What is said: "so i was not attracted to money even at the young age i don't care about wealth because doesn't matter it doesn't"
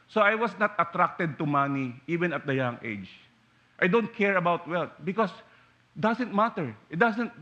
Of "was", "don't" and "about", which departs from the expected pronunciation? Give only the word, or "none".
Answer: was